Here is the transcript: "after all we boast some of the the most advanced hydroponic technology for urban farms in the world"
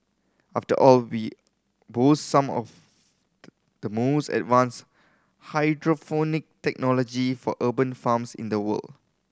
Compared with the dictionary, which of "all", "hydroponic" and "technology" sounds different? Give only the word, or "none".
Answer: hydroponic